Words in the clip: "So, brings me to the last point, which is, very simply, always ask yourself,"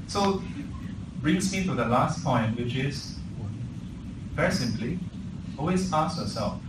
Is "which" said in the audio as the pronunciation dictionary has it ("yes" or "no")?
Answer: yes